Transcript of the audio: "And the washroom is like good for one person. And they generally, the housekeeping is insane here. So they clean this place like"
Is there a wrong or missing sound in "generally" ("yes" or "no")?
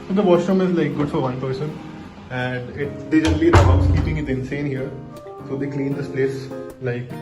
yes